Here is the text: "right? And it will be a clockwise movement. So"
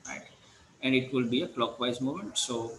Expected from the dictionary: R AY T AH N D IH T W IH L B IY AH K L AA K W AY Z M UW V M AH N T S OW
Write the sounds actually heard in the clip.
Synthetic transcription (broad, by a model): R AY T AH N D IH T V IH L B IY AH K L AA K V AY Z M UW M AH N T S OW